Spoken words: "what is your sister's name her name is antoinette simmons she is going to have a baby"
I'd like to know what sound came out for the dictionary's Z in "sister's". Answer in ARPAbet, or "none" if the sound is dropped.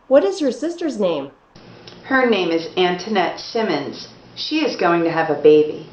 Z